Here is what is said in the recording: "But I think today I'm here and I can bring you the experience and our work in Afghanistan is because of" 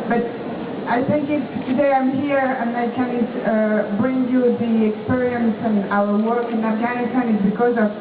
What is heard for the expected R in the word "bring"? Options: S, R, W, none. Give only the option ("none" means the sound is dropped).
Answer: R